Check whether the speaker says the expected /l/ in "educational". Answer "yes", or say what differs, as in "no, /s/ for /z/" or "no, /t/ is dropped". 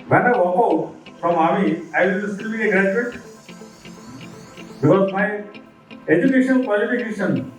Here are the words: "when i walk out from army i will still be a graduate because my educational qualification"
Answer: no, /n/ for /l/